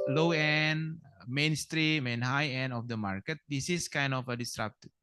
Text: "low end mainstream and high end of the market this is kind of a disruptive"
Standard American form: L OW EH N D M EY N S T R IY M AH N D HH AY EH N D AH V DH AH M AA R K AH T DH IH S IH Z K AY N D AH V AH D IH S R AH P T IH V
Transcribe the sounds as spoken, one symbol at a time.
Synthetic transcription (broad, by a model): L OW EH N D M EY N S T R IY M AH N HH AY EH N D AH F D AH M AA R K AH T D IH S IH S K AY N D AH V AH D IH S R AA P T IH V